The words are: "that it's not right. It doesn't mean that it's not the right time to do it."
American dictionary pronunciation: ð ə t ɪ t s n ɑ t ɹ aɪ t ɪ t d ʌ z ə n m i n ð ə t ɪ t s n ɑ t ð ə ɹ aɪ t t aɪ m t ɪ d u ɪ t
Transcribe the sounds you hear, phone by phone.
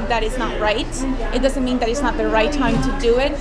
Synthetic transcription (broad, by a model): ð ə t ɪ t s n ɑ t ɹ aɪ t ɪ t d ʌ z ə n m i n ð ə t ɪ t s n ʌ t ð ə ɹ aɪ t t aɪ m t ɪ d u ɪ t